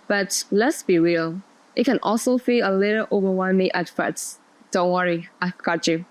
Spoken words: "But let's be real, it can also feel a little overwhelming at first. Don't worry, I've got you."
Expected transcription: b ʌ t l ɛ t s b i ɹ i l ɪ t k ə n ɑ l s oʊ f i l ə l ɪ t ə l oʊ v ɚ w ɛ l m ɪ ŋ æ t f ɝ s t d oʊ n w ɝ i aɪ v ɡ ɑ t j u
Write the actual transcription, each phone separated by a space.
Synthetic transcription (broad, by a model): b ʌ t l ɛ t s b i ɹ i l ɪ t k ə n ɑ l s oʊ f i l ə l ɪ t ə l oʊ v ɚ w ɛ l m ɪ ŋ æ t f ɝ t d oʊ n w ɝ i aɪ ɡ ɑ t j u